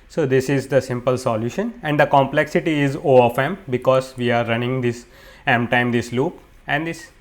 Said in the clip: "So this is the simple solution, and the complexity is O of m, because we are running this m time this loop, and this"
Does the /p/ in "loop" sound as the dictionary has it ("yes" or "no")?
yes